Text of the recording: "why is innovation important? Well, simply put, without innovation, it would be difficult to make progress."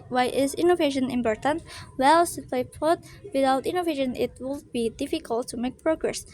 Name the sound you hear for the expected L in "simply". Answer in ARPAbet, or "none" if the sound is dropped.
none